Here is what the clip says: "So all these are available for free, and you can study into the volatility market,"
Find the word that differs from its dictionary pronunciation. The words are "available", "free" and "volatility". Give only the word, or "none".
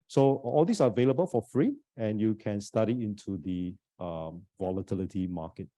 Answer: none